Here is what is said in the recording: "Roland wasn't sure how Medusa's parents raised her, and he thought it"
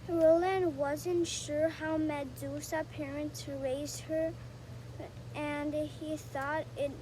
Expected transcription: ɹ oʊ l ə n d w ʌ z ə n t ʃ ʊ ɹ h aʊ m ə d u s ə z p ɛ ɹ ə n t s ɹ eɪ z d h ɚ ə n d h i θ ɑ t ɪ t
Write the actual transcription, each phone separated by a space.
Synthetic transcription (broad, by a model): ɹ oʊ l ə n w ʌ z ə n t ʃ ʊ ɹ h aʊ m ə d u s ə p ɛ ɹ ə n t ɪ ɹ eɪ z h ɚ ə n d h i θ ɑ t ɪ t